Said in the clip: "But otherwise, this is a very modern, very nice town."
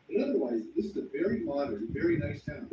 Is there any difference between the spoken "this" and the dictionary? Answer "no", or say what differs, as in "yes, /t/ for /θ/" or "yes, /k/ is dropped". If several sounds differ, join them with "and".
no